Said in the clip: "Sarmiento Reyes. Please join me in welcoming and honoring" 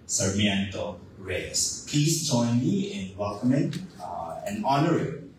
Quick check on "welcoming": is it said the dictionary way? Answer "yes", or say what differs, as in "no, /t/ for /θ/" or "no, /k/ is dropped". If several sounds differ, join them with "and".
no, /l/ is dropped